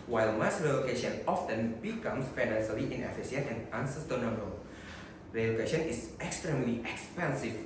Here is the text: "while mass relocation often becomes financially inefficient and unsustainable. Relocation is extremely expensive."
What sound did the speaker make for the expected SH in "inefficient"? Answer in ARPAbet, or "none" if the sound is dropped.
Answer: S